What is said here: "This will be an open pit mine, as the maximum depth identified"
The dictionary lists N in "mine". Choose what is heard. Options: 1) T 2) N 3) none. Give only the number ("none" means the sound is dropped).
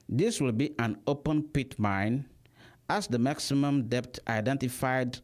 2